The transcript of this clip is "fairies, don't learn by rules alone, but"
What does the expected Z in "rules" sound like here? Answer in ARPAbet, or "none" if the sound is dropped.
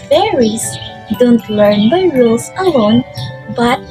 S